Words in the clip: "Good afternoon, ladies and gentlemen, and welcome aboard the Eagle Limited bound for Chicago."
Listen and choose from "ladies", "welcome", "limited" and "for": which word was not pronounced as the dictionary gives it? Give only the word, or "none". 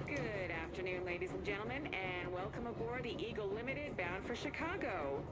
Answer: none